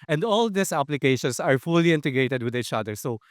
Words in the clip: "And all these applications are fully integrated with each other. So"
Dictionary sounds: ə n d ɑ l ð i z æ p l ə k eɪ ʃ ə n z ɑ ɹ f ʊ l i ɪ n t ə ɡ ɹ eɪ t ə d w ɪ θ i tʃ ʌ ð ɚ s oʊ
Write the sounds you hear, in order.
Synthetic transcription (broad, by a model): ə n d ɑ l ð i s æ p l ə k eɪ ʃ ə n s ɑ ɹ f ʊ l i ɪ n t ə ɡ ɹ eɪ t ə d w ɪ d i tʃ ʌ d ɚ s oʊ